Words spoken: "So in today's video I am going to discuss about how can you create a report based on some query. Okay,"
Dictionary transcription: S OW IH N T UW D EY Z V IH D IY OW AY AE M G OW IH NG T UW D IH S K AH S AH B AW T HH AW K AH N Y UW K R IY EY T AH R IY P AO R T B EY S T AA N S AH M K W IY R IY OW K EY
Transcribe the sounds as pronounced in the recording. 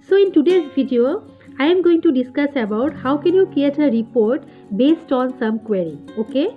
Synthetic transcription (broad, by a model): S OW IH N T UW D EY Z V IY D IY OW AY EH M G OW IH NG T UW D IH S K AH S AH B AW T HH AW K AH N Y UW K IY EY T AH R IY P AO R T B EY S T AA N S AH M K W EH R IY OW K EY